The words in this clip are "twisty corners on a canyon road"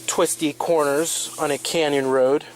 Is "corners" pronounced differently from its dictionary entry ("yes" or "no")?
no